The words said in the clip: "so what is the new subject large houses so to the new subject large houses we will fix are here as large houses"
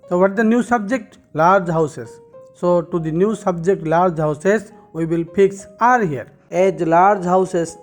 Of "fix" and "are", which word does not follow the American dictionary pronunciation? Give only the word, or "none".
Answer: fix